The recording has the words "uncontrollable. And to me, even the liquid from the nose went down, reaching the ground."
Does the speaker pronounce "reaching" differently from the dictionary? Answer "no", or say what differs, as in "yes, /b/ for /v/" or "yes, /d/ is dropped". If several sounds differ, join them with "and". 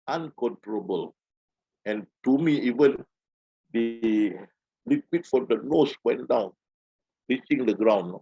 yes, /s/ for /tʃ/